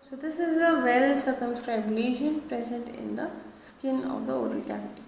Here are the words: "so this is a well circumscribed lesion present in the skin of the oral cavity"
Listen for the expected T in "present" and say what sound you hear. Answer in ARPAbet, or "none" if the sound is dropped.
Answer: T